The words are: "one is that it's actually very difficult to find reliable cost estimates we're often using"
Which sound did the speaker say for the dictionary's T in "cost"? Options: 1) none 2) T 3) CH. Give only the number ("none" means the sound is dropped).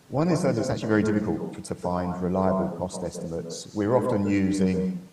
2